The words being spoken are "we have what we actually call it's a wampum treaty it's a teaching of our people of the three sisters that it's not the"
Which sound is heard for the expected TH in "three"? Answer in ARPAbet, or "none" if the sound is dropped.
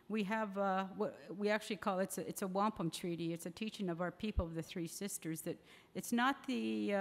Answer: TH